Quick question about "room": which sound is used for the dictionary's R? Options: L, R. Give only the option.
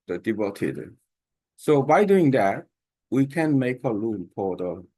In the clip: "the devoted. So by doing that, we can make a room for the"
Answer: L